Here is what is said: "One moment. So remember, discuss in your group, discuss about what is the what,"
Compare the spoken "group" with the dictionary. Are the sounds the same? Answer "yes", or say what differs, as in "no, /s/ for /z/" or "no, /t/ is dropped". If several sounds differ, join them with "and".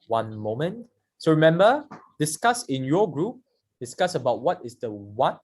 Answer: yes